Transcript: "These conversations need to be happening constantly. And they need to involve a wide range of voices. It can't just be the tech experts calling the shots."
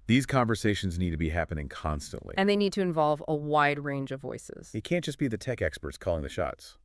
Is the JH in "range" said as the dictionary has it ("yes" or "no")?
yes